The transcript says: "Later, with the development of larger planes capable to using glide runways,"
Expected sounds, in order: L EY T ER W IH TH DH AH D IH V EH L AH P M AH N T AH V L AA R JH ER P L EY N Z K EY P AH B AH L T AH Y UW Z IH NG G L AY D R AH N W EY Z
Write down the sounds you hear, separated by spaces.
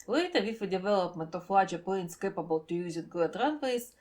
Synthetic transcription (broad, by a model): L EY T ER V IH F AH D IH V EH L AH P M AH N T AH F L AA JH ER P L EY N S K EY P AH B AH L T AH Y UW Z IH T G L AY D R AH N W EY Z